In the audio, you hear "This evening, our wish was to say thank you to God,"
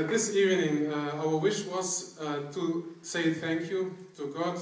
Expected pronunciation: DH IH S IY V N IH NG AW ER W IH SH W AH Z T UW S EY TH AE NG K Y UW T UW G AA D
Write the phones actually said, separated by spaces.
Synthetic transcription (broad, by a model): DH IH S IY V N IH NG AW ER W IH SH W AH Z T UW S EY TH AE NG K Y UW T UW G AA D